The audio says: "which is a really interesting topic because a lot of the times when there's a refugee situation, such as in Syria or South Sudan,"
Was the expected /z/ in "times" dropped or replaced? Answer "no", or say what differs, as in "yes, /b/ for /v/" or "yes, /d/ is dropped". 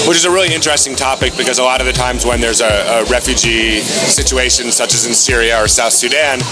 no